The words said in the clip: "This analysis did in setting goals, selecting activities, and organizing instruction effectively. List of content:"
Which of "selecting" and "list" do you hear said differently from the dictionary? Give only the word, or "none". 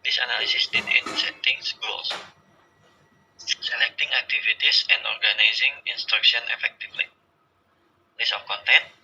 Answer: list